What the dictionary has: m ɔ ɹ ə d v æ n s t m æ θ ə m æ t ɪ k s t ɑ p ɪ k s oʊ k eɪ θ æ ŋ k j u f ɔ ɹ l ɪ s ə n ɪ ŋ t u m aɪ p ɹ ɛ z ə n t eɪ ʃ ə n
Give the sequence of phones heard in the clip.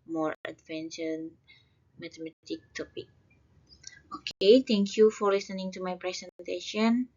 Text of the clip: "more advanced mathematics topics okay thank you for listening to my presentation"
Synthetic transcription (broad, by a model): m ɔ ɹ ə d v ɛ n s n m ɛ t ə m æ t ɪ k t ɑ p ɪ k oʊ k eɪ t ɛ ŋ k j u f ɔ ɹ l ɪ s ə n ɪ ŋ t u m aɪ p ɹ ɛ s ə n t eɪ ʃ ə n